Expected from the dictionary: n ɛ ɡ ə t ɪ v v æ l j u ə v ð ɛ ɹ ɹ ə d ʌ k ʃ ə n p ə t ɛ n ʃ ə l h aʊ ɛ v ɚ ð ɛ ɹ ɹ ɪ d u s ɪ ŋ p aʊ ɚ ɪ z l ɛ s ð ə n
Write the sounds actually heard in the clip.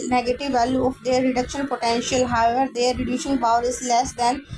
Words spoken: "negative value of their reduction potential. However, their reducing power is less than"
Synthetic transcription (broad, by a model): n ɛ ɡ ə t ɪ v v æ l j u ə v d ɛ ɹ ɹ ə d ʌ k ʃ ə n p ə t ɛ n ʃ ə l h aʊ ɛ v ɚ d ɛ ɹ ɹ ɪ d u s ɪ ŋ b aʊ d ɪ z l ɛ s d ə n